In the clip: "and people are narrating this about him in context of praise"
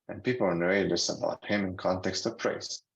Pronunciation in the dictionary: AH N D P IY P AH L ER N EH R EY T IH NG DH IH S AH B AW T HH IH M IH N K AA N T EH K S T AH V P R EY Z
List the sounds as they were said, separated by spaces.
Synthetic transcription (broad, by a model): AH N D P IY P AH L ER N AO EY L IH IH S AH B AW T HH IH M IH N K AA N T EH K S T AH V P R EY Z